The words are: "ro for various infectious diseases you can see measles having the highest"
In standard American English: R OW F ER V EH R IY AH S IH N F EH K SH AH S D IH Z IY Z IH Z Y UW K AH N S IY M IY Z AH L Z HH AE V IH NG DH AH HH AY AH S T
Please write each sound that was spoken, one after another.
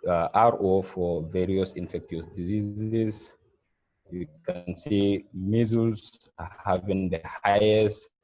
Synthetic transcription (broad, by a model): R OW F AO V EH R IY AH S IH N F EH K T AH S D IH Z IY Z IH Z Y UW K AH N S IY M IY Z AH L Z HH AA V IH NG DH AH HH AY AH S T